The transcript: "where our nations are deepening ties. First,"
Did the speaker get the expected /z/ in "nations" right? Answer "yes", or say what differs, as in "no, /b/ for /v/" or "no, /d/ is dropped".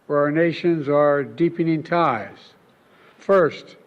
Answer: yes